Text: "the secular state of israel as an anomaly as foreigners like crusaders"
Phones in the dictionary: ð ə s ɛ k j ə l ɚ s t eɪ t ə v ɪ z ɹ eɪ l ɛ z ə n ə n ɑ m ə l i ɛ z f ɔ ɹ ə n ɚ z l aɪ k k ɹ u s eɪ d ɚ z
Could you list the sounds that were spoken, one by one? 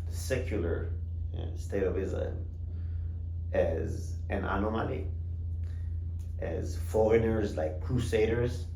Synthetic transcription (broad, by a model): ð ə s ɛ k j ə l ɚ s t eɪ t ə v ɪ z l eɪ n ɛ z ə n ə n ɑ m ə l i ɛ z f ɔ ɹ ə n ɚ z l aɪ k k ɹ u s eɪ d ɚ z